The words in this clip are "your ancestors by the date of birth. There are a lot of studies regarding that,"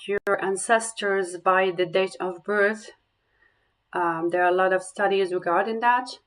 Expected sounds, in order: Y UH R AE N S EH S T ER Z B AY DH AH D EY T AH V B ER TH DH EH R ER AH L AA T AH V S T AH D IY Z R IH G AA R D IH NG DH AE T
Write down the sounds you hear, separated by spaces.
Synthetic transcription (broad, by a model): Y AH R AE N S EH S T ER Z B AY DH AH D EY T AH V B ER TH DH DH ER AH L AA T AH V S T AH D IY Z R IH G AA R D IH NG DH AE T